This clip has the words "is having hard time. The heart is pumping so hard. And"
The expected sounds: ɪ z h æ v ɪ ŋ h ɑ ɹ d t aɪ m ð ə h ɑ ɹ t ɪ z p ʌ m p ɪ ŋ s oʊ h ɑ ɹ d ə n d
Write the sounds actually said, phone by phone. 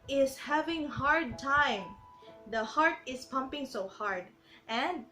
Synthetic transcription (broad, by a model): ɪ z h æ v ɪ ŋ h ɑ ɹ d t aɪ m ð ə h ɑ ɹ t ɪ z p ʌ m p ɪ ŋ s oʊ h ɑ ɹ d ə n d